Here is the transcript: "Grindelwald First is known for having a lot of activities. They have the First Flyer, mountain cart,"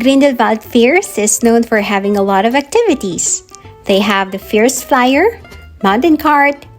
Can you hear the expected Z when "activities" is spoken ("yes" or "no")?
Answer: no